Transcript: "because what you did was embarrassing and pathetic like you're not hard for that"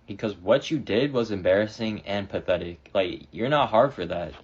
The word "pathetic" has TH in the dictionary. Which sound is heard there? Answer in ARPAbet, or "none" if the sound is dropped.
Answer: TH